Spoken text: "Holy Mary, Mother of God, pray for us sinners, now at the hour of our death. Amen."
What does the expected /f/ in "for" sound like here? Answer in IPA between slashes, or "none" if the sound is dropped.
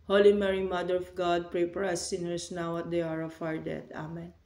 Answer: /p/